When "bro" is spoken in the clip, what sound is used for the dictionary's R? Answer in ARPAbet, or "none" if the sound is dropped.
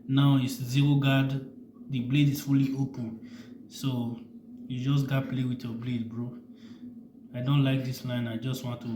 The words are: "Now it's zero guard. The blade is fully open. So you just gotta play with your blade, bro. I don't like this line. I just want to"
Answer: R